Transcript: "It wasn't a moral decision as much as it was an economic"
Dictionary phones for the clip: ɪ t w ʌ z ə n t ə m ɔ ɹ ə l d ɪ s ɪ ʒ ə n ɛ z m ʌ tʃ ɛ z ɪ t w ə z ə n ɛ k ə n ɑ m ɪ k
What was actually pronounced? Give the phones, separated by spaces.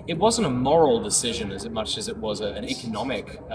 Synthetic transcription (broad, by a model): ɪ t w ʌ z ə n t ə m ɔ ɹ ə l d ɪ s ɪ ʒ ə n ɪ z m ʌ tʃ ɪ z ɪ t w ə z ə n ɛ k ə n ɑ m ɪ k